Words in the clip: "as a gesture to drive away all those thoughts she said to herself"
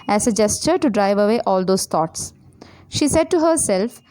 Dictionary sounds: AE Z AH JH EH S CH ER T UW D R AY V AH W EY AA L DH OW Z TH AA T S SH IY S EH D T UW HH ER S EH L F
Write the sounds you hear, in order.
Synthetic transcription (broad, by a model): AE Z AH JH EH S CH ER T UW D R AY V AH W EY AA L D OW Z T AA T S SH IY S EH D T UW HH ER S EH L F